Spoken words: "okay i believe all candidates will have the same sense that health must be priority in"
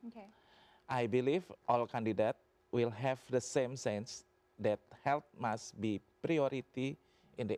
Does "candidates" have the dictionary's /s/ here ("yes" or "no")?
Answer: no